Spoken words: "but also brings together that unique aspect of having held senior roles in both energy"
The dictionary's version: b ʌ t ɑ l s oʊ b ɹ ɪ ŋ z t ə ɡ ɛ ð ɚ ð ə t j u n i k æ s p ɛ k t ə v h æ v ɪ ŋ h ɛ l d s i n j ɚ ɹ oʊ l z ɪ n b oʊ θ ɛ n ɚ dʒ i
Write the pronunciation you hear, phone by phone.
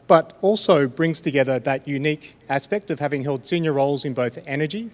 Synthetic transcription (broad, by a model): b ʌ t ɑ l s oʊ b ɹ ɪ ŋ z t ə ɡ ɛ ð ɚ ð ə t j u n i k æ s p ɛ k t ə v h æ v ɪ ŋ h ɛ l d s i n j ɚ ɹ oʊ l z ɪ n b oʊ θ ɛ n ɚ dʒ i